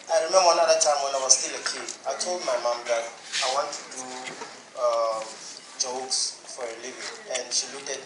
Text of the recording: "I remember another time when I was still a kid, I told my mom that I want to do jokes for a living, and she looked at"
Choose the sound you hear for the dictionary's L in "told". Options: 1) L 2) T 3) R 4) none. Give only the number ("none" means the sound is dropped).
1